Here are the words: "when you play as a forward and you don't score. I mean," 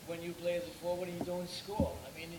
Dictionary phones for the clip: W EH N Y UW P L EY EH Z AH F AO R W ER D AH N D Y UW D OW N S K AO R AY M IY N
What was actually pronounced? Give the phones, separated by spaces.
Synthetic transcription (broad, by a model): W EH N Y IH P L EY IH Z AH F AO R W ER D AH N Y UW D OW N S K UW L AY M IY N